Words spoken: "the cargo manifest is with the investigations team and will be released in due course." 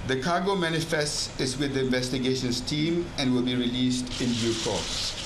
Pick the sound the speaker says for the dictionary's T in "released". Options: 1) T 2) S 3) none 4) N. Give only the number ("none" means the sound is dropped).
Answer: 1